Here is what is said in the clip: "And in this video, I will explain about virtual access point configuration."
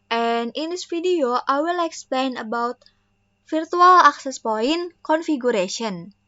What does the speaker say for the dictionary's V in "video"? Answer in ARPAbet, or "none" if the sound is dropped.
F